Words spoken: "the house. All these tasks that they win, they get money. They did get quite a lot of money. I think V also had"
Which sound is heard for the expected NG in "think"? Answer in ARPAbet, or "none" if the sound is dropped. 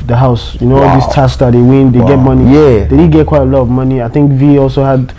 NG